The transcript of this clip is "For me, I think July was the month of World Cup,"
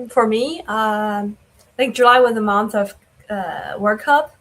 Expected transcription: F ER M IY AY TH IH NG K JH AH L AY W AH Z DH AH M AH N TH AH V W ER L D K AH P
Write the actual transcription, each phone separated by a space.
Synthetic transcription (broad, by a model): F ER M IY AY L IH K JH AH L AY W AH DH AH M AH N TH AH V W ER K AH P